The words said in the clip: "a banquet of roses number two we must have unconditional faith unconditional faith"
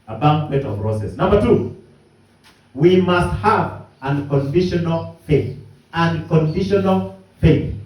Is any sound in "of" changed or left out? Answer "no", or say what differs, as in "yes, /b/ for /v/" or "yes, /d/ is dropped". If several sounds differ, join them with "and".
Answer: yes, /p/ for /v/